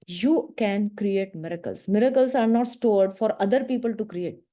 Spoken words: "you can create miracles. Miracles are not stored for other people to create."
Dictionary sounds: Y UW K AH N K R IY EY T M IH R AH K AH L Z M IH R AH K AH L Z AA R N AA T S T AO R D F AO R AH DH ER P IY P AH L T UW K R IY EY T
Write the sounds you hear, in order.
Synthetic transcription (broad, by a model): Y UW K AH N K R IY EY T M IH R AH K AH L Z M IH R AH K AH L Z AA R N AA T S T AO R D F AO R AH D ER P IY P AH L T UW K R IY EY T